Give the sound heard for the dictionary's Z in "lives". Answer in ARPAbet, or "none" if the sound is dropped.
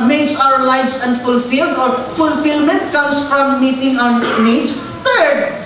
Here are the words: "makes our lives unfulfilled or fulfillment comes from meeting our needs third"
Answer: S